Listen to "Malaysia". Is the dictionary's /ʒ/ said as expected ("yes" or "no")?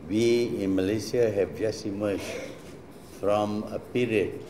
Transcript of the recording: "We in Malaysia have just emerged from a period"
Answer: no